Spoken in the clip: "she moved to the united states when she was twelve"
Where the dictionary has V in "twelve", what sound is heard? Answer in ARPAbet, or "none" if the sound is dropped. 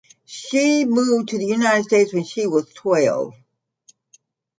none